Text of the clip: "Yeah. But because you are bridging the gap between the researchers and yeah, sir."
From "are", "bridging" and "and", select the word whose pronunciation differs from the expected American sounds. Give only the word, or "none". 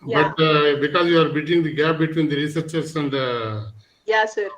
bridging